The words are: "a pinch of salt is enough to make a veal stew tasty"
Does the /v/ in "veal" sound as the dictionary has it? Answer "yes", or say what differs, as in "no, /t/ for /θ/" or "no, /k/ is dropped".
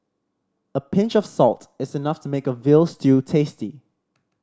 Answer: yes